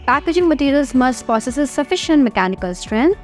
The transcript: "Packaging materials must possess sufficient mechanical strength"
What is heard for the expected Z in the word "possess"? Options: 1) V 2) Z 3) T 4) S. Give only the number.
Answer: 4